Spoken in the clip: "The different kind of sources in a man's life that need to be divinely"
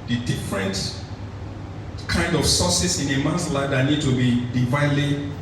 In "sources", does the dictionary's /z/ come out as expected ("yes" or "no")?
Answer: no